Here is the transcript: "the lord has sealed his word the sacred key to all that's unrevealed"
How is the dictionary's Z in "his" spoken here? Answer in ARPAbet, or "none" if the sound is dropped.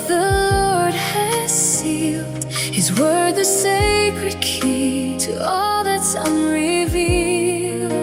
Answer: Z